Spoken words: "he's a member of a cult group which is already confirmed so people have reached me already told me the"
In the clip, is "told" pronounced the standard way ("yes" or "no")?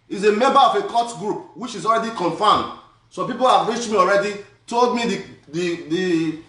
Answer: yes